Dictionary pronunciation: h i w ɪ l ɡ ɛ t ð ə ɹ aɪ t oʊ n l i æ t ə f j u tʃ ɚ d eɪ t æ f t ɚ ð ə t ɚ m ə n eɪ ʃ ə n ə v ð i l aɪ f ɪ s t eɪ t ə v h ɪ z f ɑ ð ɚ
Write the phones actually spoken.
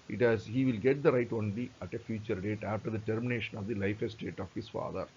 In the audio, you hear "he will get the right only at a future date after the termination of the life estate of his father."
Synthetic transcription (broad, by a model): h i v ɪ l ɡ ɛ t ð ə ɹ aɪ t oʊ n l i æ t ə f j u tʃ ɚ d eɪ t æ f t ɚ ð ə t ɚ m ə n eɪ ʃ ə n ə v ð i l aɪ f ɪ s t eɪ t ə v h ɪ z f ɑ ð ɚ